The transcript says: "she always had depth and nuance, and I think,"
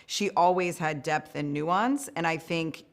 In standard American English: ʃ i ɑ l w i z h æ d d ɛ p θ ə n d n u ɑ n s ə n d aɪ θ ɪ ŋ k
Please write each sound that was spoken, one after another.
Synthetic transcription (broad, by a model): ʃ i ɑ l w i z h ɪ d d ɛ p θ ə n n u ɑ n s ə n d aɪ θ ɪ ŋ k